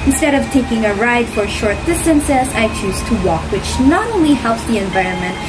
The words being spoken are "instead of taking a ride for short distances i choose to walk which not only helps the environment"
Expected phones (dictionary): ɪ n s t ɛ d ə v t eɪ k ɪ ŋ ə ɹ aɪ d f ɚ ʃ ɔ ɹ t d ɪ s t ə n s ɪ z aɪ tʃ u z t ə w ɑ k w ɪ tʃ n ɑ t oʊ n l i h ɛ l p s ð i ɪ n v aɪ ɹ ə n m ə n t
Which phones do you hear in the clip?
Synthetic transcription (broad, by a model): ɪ n s t ɛ d ə v t eɪ k ɪ ŋ ə ɹ aɪ d f ɚ ʃ ɔ ɹ t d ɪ s t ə n s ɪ s aɪ tʃ u z t ə w ɑ k w ɪ tʃ n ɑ t oʊ n l i h ɛ l p s ð i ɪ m v aɪ ɹ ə n m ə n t